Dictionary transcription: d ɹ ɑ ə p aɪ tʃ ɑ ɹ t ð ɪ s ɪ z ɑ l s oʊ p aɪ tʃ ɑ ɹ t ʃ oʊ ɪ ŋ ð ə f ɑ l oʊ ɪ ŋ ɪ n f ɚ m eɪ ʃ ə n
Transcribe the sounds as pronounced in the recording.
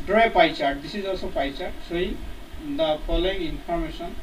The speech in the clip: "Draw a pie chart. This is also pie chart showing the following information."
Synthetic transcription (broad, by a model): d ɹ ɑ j p aɪ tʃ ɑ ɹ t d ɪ s ɪ z ɑ l s oʊ p aɪ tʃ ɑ ɹ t s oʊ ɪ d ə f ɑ l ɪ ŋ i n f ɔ m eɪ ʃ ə n